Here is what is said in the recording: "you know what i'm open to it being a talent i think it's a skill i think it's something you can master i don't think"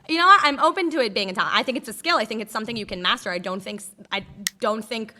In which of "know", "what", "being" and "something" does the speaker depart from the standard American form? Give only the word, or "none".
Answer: none